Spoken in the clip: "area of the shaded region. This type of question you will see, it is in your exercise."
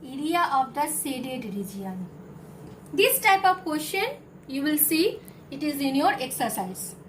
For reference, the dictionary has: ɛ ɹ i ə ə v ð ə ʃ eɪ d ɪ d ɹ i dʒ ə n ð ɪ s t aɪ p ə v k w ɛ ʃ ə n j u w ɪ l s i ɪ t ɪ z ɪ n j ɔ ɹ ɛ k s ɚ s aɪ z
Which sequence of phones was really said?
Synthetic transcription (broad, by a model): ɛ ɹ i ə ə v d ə s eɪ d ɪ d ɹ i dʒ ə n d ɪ s t aɪ p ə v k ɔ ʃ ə n j u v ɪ l s i ɪ t ɪ z ɪ n j ɔ ɹ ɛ k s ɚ s aɪ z